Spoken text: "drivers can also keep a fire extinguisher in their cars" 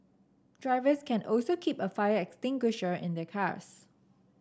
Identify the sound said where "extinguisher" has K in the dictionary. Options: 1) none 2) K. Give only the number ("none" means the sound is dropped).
2